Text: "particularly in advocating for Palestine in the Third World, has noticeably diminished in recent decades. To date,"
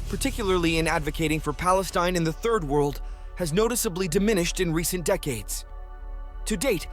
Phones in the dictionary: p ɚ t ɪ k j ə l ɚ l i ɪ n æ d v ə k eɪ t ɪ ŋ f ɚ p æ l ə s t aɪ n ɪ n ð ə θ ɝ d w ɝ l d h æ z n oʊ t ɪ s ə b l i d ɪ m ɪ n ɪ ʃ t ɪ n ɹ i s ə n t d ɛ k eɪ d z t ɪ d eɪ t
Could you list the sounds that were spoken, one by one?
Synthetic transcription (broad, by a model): p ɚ t ɪ k j l ɚ l i ɪ n æ d v ə k eɪ t ɪ ŋ f ɚ p æ l ə s t aɪ n ɪ n ð ə θ ɝ d w ɝ l d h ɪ z n oʊ t ɪ s ə b l i d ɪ m ɪ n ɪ ʃ t ɪ n ɹ i s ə n d ɛ k eɪ d z t ɪ d eɪ t